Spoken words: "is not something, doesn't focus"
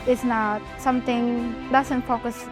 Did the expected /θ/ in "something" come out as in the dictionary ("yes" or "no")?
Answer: no